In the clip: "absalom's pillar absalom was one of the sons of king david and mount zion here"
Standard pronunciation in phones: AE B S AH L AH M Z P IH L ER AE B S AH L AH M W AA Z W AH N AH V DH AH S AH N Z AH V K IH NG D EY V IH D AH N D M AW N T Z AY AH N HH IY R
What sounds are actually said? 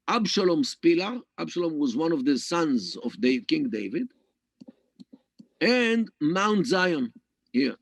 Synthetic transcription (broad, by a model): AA B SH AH L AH M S P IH L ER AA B SH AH L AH M W AA Z W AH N AH V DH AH S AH N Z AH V K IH NG D EY V IH D AH N D M AW N T Z AY AH N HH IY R